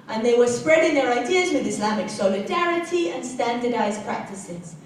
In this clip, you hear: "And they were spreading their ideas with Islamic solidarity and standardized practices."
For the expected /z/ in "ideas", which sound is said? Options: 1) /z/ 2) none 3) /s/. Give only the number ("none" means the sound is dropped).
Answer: 1